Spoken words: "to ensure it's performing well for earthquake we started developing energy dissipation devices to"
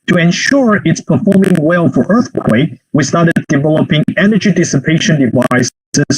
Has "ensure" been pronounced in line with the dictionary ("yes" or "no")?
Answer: yes